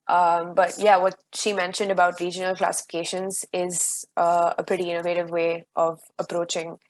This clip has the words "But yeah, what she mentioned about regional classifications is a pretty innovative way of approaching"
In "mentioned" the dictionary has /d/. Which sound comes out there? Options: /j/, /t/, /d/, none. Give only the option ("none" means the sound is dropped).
/d/